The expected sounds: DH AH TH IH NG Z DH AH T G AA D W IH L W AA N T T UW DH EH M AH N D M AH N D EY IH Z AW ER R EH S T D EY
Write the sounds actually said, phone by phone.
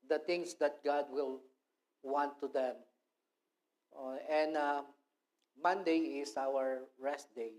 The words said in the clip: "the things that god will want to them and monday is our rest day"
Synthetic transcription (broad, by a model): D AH T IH NG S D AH T G AA D W IH L W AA N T T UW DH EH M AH N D M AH N D EY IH S AW ER R EH S T D EY